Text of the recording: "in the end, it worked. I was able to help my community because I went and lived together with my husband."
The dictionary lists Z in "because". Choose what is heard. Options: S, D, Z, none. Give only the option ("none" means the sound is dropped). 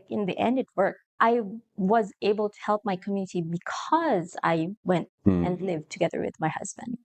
Z